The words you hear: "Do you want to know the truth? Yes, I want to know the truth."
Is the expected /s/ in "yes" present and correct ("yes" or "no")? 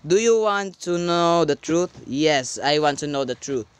yes